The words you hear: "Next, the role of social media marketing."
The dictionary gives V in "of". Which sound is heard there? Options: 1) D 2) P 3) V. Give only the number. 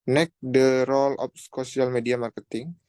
2